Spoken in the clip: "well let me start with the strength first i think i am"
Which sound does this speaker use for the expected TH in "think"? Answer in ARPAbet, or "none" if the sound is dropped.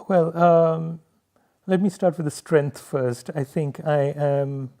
TH